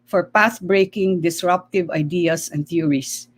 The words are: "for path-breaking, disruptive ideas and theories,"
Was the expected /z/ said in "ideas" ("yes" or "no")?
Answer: no